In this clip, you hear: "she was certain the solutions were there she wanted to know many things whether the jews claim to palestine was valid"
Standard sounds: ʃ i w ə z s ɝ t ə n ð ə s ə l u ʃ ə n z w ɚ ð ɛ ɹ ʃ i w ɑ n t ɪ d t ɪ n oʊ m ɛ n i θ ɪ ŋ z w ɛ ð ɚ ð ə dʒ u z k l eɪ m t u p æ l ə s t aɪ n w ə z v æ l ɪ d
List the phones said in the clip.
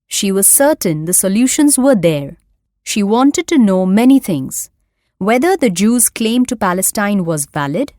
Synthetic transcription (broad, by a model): ʃ i w ə z s ɝ t ə n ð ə s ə l u ʃ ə n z w ɚ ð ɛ ɹ ʃ i w ɑ n t ɪ d t ɪ n oʊ m ɛ n i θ ɪ ŋ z w ɛ ð ɚ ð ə dʒ u z k l eɪ m t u p æ l ə s t aɪ n w ə z v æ l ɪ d